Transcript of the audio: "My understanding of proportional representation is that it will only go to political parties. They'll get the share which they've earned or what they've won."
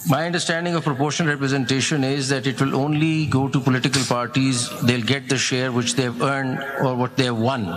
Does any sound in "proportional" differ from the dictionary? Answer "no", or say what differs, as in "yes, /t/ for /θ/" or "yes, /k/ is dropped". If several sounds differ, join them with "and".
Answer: yes, /n/ is dropped and /n/ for /l/